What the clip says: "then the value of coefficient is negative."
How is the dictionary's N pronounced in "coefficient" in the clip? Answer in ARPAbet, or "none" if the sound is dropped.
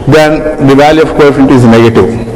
none